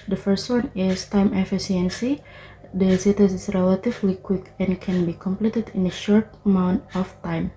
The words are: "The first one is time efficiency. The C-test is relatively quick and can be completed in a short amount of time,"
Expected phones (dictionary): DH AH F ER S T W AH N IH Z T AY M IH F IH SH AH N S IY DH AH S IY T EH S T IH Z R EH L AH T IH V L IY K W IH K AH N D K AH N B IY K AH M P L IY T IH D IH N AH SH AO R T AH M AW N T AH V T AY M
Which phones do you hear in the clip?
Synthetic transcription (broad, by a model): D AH F ER S T W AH N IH S T AY M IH F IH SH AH N S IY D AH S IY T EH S IH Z R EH L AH T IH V L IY K W IH K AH N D K AH N B IY K AH M P L IY T IH D IH N AH SH AO R T AH M AW N T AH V T AY M